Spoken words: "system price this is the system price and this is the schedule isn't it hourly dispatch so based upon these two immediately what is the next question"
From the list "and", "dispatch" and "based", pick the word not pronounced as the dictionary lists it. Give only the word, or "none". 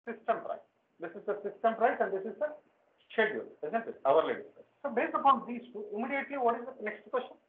dispatch